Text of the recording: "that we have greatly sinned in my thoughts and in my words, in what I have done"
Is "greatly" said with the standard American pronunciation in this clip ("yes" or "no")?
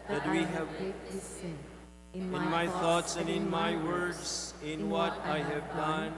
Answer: no